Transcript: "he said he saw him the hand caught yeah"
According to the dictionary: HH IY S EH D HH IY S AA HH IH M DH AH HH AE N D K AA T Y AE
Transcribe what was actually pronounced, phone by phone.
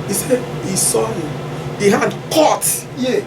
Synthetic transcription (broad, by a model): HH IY S EH D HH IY S AA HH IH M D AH HH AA D K AA T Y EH